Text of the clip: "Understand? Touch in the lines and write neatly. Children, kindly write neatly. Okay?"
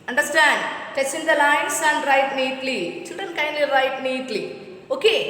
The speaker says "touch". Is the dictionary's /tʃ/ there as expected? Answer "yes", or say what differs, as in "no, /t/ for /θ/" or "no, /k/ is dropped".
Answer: no, /s/ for /tʃ/